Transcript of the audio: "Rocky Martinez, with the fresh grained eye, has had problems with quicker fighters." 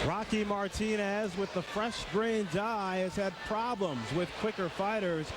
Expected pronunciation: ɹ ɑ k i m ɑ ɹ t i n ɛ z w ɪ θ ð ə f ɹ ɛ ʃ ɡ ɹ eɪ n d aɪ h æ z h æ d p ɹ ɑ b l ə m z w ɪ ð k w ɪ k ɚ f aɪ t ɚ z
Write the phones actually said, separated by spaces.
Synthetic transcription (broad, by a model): ɹ ɑ k i m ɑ ɹ t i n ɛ z w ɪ ð ə f ɹ ɛ ʃ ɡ ɹ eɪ n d aɪ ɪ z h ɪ d p ɹ ɑ b l ə m z w ɪ ð k w ɪ k ɚ f aɪ t ɚ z